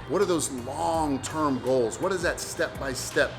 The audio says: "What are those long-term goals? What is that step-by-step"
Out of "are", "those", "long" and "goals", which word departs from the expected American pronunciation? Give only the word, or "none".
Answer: none